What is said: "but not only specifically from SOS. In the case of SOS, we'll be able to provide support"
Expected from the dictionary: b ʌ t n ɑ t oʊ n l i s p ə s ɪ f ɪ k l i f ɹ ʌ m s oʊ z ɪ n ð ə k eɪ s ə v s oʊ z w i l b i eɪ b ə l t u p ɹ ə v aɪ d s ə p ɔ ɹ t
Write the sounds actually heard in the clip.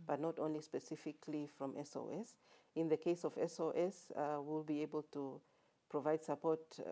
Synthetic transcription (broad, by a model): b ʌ t n ɑ t oʊ n l i s p ə s ɪ f ɪ k l i f ɹ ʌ m s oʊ s ɪ n ð ə k eɪ s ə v s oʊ s w i l b i eɪ b ə l t u p ɹ ə v aɪ d s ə p ɔ ɹ t